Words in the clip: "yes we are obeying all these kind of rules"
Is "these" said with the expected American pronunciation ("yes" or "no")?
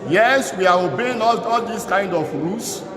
no